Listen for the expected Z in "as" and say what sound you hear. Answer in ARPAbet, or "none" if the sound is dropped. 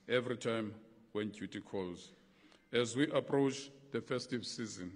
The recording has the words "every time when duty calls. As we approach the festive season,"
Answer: Z